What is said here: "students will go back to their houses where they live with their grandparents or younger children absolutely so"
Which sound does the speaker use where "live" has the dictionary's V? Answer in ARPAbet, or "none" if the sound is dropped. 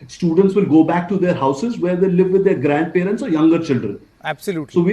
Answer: V